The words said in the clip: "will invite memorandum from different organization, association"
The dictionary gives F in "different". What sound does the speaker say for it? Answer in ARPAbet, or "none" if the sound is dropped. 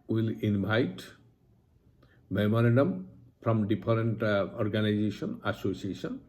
P